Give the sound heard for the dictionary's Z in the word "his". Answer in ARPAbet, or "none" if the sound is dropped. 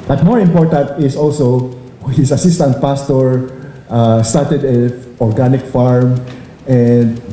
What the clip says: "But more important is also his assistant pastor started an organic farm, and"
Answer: S